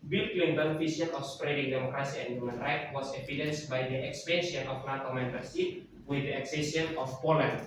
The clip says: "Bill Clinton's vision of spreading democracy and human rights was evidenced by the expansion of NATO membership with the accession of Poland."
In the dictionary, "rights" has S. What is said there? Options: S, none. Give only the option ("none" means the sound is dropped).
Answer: none